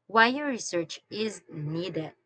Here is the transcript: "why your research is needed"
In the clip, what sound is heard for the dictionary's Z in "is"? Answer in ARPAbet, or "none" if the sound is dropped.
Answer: Z